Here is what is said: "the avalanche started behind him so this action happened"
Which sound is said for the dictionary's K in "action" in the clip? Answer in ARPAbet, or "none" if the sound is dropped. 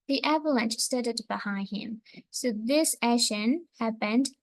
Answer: none